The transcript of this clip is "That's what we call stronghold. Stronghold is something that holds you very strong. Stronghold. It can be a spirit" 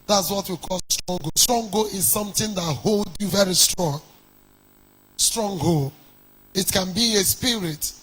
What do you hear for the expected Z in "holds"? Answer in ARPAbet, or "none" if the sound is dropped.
none